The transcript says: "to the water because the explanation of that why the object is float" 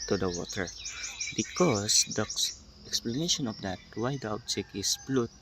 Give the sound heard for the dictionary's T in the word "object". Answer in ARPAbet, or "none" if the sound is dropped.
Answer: none